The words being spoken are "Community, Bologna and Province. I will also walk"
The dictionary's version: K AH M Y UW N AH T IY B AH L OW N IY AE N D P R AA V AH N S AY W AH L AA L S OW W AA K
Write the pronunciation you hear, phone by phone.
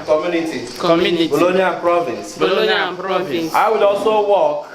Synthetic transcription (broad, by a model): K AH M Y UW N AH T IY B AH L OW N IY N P R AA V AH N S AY W AH L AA S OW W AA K